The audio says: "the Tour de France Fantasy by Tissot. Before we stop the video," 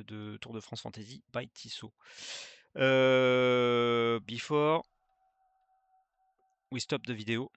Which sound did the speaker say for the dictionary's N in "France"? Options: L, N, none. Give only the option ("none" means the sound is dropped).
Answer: none